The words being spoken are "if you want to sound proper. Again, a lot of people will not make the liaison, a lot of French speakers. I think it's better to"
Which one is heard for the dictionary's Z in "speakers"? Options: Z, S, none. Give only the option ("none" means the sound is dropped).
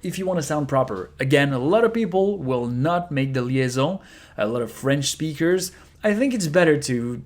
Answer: Z